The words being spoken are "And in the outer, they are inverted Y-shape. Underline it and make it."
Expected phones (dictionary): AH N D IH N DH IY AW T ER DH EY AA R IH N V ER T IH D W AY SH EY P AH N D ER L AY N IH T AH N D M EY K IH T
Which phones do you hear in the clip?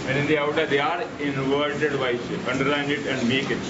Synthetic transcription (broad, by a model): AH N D IH N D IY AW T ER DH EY AA R IH N V ER T IH D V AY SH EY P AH N D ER AY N IH T AH N D M EY K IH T